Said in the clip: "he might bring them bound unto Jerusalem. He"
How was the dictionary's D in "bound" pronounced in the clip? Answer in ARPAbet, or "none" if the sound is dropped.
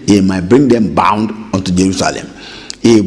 D